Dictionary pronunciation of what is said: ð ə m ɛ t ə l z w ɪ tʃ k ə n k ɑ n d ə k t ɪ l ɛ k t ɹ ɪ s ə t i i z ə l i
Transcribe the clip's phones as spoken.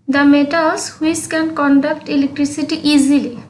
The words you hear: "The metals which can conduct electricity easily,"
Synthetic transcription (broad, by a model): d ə m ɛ t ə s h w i s k ə n k ɑ n d ə k t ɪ l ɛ k t ɹ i s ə t i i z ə l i